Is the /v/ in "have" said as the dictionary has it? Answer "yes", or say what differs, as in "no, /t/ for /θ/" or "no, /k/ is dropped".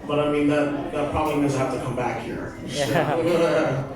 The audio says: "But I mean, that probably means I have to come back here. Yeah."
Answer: no, /f/ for /v/